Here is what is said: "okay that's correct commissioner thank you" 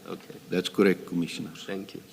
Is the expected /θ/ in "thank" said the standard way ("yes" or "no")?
no